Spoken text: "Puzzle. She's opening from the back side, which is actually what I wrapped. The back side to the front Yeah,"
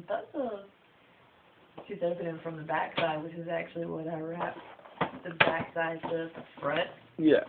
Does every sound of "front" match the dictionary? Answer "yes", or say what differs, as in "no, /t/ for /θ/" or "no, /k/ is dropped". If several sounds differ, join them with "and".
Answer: no, /n/ is dropped